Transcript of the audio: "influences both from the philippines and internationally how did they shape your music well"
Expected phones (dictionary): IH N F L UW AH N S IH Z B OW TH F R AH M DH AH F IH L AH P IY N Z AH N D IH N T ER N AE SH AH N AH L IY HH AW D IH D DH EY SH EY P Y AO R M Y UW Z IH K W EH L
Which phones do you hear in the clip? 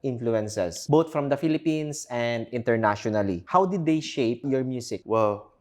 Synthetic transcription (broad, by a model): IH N F L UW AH N S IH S B OW T F R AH M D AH F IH L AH P IY N S AH N D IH N T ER N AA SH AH N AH L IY HH AW D IH D EY SH EY P Y AO R M Y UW S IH K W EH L